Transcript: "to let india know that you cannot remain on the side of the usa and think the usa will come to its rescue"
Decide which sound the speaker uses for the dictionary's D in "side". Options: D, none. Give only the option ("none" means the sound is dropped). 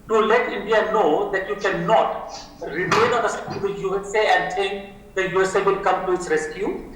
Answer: none